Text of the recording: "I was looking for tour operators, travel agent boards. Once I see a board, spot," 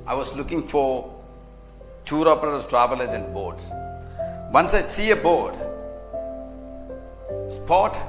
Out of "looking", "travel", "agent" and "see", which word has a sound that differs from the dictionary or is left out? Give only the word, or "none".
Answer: agent